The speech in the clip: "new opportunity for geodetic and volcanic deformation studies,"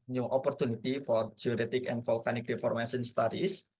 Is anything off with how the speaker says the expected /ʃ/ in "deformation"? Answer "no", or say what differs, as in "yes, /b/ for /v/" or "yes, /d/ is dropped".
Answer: yes, /s/ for /ʃ/